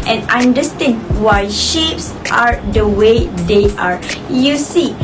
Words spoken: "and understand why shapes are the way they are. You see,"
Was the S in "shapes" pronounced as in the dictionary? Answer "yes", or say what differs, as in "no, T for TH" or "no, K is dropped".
yes